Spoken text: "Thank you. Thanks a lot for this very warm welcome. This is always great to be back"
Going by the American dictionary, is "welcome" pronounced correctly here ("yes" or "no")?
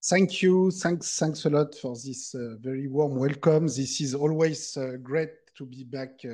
yes